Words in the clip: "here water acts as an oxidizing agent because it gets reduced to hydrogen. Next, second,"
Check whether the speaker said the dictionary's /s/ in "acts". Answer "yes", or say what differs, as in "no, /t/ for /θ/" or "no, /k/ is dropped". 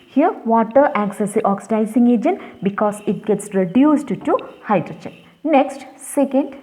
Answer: yes